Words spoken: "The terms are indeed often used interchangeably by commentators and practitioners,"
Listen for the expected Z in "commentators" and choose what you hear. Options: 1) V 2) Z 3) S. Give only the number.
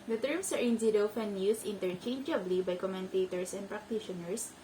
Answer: 3